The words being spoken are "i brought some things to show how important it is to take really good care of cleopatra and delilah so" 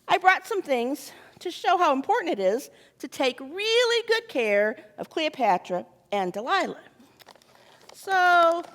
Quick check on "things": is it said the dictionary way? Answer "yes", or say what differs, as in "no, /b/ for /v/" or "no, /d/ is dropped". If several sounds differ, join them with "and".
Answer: yes